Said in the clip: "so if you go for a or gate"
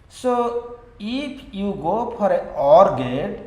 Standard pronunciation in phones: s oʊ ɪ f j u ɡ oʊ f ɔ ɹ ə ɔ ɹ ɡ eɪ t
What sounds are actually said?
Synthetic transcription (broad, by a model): s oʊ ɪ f j u ɡ oʊ p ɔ ɹ ə ɔ ɹ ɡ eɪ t